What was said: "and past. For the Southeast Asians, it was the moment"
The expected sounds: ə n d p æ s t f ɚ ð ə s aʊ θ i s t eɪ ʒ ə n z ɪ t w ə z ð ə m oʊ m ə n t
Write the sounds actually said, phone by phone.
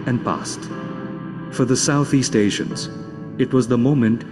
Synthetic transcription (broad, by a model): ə n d p æ s t f ɚ ð ə s aʊ θ i s t eɪ ʃ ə n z ɪ t w ə z ð ə m oʊ m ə n t